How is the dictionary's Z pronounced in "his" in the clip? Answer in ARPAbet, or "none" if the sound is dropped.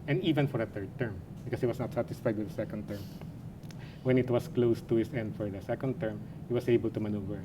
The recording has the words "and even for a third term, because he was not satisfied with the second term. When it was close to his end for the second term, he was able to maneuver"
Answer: S